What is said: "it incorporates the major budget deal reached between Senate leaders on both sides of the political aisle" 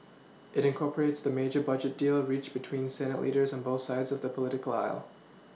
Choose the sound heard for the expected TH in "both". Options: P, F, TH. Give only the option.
TH